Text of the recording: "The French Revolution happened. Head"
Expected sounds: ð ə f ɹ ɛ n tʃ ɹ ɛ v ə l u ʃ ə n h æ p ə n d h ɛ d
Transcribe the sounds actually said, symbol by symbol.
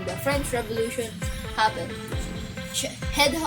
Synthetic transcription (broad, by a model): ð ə f ɹ ɛ n tʃ ɹ ɛ v ə l u ʃ ə n h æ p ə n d h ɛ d